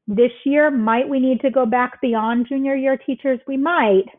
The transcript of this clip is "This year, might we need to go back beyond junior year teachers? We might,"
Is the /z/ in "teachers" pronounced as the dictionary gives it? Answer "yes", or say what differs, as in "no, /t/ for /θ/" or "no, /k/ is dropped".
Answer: yes